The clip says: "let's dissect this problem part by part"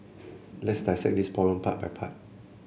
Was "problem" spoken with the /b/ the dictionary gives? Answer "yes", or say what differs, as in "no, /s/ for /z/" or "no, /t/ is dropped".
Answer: no, /b/ is dropped